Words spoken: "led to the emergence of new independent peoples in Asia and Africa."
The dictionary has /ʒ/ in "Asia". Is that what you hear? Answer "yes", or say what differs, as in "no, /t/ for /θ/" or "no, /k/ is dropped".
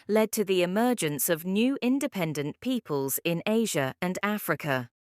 yes